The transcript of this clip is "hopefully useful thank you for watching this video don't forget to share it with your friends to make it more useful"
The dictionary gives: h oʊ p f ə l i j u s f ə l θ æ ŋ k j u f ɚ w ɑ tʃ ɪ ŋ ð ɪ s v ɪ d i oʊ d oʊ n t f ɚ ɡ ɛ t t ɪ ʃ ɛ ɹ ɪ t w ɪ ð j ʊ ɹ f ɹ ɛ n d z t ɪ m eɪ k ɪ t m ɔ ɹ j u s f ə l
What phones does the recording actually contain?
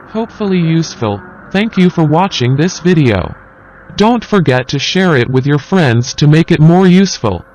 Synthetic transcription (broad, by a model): h oʊ p f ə l i j u s f ə l θ æ ŋ k j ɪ f ɚ w ɑ tʃ ɪ ŋ ð ɪ s v ɪ d i oʊ d oʊ n t f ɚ ɡ ɛ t t ɪ ʃ ɛ ɹ ɪ t w ɪ ð j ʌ ɹ f ɹ ɛ n d z t ɪ m eɪ k ɪ t m ɔ ɹ j u s f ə l